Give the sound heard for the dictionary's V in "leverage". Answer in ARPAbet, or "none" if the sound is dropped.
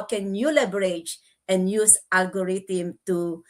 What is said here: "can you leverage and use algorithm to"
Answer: B